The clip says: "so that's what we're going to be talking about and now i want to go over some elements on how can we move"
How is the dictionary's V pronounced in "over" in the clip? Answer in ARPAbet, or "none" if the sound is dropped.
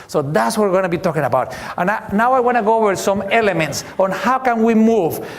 W